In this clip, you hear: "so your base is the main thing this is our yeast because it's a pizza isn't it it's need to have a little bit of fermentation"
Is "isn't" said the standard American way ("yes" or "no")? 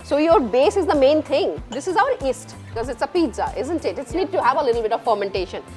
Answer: yes